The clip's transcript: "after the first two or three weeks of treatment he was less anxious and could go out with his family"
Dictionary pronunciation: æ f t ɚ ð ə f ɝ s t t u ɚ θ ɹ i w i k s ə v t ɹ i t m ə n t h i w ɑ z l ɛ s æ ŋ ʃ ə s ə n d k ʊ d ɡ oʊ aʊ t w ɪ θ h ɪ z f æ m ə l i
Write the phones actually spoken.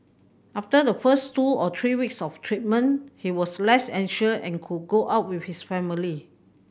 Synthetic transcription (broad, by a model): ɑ f t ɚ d ə f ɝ s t t u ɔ t ɹ i w i k s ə f t ɹ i t m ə n h i w ɑ s l ɛ s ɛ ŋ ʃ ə ə n k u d ɡ oʊ aʊ t w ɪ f h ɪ s f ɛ m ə l i